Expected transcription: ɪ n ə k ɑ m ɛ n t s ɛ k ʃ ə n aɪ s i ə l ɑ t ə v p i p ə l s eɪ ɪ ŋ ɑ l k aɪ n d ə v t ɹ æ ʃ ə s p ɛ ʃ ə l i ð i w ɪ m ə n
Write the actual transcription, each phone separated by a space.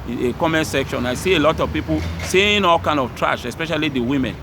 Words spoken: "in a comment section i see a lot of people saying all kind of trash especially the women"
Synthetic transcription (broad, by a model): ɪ k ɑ m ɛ n s ɛ k ʃ ə n aɪ s i ə l ɑ t ə v p i p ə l s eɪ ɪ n ɑ l k aɪ n d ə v t ɹ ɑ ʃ ə s p ɛ ʃ ə l i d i w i m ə n